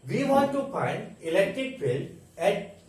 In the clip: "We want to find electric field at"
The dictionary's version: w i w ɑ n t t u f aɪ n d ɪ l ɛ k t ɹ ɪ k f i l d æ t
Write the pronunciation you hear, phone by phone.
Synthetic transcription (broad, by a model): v i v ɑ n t t u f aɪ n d ɪ l ɛ k t ɹ ɪ k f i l æ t